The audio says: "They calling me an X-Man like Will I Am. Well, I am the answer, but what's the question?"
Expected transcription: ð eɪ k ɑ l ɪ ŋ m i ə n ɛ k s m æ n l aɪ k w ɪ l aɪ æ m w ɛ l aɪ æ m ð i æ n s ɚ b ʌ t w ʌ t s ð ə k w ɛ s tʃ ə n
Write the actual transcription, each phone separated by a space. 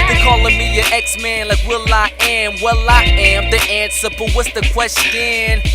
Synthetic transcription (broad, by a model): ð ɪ k ɑ l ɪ m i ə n ɛ k s m æ n l aɪ k w ɪ l aɪ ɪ m w ɛ l aɪ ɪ m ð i æ n s ɚ b ʌ t w ʌ t s ð ə k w ɛ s tʃ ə n